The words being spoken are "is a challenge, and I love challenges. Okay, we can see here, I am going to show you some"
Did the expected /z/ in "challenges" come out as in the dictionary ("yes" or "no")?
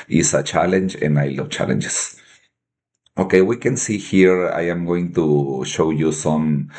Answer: no